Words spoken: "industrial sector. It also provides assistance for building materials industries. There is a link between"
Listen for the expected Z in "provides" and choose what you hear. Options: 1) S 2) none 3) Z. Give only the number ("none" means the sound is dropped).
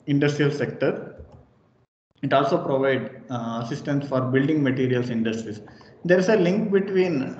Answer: 2